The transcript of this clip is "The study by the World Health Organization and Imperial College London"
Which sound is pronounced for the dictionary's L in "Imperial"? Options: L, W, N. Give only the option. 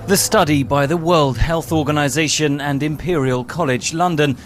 L